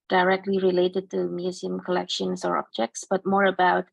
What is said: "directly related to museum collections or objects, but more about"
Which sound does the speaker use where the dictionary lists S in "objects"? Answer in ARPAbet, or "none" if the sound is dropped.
S